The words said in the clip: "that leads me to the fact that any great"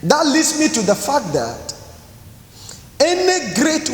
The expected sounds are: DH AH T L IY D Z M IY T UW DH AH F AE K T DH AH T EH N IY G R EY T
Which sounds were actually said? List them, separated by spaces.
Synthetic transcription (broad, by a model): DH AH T L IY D S M IY T UW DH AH F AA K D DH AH T EH N IY G R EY T